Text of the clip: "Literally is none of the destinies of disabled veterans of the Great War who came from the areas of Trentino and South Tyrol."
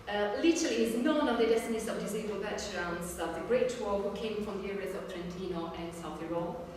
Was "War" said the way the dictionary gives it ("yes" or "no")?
no